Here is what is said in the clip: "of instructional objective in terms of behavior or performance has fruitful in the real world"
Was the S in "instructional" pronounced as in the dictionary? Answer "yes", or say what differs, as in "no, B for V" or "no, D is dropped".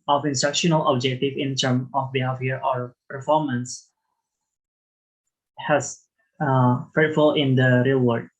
yes